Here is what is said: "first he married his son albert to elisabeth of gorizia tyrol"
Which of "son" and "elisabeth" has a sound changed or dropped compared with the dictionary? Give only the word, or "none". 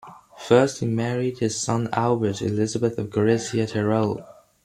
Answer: none